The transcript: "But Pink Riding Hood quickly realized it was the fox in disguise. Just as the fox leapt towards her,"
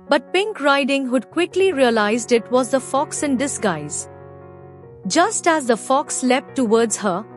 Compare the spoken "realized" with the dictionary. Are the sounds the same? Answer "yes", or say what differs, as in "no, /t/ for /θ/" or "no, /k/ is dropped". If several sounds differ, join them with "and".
yes